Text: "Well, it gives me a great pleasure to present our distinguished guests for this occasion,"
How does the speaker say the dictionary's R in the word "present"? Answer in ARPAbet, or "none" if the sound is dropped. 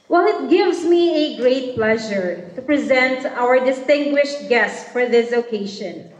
R